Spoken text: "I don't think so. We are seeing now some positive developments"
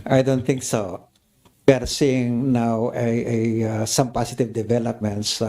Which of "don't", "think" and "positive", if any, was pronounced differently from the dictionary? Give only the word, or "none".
positive